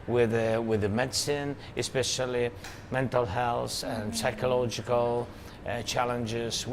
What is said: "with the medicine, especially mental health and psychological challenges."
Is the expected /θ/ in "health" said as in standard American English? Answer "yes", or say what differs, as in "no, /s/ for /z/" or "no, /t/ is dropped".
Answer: no, /s/ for /θ/